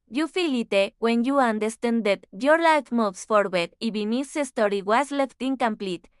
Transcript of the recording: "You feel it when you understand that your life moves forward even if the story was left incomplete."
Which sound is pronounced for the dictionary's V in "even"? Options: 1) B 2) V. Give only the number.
1